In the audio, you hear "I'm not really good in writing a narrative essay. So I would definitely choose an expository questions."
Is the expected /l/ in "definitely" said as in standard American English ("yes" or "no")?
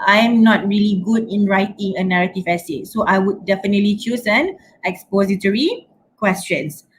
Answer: yes